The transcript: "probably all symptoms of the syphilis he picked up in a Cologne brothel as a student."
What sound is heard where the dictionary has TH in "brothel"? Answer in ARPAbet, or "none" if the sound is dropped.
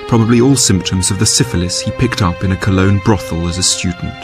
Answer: TH